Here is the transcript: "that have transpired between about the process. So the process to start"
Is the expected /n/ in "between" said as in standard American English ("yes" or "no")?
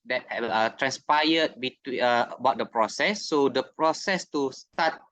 no